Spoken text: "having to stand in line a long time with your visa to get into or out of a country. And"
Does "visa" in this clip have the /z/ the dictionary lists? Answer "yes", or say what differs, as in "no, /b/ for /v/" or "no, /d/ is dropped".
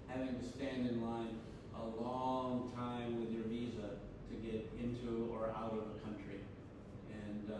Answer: yes